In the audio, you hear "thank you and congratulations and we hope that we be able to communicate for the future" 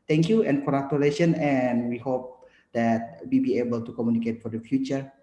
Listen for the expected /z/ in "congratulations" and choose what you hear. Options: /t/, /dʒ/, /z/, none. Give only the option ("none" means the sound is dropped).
none